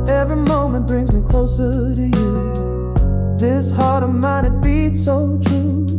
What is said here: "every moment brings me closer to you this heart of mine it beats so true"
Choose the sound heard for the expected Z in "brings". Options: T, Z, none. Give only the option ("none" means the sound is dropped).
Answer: Z